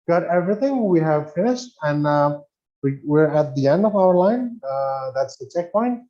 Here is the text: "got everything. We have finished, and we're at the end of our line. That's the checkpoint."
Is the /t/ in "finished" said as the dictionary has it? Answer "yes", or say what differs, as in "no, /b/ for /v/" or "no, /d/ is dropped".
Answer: yes